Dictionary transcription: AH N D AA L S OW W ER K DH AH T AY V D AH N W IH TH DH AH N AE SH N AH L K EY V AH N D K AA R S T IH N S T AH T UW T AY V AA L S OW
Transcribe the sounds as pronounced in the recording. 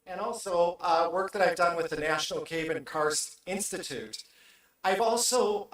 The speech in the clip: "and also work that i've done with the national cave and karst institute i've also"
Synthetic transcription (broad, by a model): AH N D AA L S OW W ER K DH AH T AY V D AH N W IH DH AH N AE SH N L K EY B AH N K AA R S IH N S T AH T UW T AY V AA L S OW